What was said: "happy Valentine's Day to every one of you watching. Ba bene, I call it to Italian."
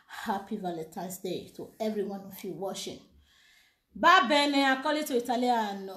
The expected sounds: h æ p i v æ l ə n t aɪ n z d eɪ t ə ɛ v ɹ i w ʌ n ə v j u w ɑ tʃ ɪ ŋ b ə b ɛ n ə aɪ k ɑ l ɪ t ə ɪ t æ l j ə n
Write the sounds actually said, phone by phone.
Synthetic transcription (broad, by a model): h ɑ p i v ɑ l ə t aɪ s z d eɪ t ə ɛ v ɹ i w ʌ n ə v j u w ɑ ʃ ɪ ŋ b ə b ɛ n ə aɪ k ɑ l ɪ t ə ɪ t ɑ l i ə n